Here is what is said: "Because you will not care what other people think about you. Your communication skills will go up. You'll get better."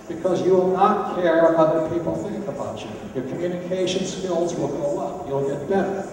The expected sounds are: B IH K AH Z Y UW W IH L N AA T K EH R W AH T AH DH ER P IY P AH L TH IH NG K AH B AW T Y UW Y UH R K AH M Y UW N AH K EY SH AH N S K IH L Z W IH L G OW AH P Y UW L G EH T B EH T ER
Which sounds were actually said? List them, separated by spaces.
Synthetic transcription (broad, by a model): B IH K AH Z Y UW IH L N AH T K EH R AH AH DH ER P IY P L TH IH NG K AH B AW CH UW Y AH R K AH M Y UW N AH K EY SH AH N S K IH L Z W IH L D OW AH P Y UW L G EH T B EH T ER